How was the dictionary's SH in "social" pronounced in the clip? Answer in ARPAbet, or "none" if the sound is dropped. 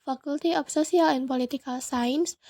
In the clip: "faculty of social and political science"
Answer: S